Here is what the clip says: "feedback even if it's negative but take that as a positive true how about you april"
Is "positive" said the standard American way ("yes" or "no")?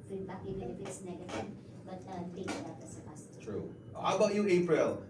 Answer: no